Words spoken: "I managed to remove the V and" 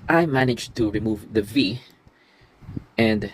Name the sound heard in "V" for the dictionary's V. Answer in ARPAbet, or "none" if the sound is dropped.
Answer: V